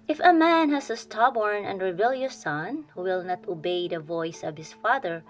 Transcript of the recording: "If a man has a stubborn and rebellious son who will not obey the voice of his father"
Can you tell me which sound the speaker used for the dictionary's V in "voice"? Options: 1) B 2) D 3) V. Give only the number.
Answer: 3